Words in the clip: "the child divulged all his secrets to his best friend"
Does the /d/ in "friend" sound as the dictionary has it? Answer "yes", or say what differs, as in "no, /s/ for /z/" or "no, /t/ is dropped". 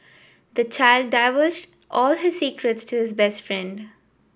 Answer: yes